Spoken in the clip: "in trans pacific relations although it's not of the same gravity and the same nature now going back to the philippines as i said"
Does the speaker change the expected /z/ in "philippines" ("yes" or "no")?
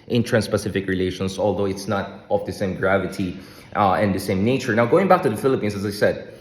yes